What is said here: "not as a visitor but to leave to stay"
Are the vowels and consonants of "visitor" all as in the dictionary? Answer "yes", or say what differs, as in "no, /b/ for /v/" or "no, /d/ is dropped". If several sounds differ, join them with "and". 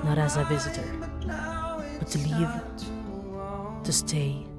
yes